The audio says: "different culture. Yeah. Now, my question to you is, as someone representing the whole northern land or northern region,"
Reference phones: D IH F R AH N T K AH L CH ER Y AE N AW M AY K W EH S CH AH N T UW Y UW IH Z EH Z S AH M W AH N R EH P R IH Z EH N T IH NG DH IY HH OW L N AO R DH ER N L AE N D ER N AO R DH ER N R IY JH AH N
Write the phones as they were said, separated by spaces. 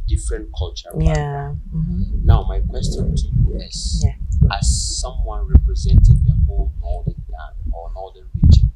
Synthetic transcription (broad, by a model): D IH F R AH N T K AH L CH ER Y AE N AW M AY K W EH S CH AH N T UW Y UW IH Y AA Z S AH M W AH N R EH P R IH Z EH N T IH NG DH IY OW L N AO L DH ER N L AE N AO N AO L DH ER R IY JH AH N